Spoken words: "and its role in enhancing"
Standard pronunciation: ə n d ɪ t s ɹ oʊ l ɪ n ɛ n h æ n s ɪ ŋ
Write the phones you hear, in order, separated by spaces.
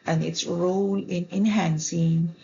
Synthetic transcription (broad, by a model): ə n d ɪ t s ɹ oʊ l ɪ n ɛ n h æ n s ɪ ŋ